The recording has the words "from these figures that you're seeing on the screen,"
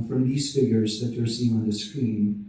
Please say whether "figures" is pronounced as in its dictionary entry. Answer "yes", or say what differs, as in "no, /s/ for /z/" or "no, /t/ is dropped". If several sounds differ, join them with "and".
yes